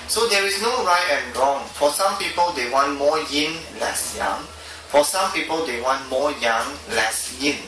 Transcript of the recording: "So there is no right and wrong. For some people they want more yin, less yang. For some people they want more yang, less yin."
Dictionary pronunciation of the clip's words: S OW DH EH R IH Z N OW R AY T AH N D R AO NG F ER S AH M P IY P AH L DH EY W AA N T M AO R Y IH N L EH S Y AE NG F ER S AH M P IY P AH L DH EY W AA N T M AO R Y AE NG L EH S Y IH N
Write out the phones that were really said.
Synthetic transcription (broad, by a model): S OW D EH R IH S N OW R AY T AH N R AO NG F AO S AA M P IY P AH L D EY W AA N T M AO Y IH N L EH S Y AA NG F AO S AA M P IY P AH L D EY W AA N T M AO Y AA NG L EH S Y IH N